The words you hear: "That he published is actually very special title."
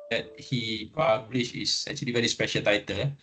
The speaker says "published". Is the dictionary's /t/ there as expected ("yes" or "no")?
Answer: no